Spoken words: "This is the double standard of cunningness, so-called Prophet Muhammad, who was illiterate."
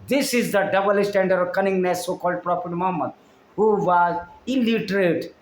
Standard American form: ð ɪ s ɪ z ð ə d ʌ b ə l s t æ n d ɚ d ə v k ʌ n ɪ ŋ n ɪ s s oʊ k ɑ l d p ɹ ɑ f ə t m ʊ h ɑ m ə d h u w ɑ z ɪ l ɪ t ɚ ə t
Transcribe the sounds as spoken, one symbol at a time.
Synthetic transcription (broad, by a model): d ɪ s ɪ z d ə d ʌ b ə l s t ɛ n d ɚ d ə v k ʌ n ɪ ŋ n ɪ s s oʊ k ɑ l d p ɹ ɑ p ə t m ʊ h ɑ m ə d h u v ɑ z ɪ l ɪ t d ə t